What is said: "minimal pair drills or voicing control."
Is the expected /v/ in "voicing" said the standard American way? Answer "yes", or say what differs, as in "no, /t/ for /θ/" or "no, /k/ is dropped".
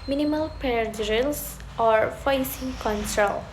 no, /f/ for /v/